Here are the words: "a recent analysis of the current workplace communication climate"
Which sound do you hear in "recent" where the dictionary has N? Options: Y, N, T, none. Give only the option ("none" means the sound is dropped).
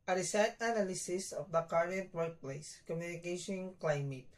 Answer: none